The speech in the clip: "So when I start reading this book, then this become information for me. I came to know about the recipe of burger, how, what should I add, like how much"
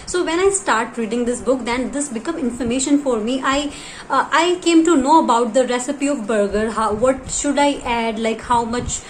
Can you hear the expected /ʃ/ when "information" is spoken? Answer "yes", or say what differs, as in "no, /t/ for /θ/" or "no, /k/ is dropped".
yes